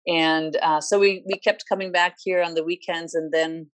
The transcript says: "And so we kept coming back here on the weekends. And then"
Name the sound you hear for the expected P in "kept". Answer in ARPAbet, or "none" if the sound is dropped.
P